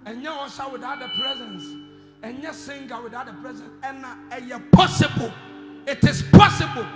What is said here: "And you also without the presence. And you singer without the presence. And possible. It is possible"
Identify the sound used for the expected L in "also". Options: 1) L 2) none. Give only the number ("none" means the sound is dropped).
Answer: 2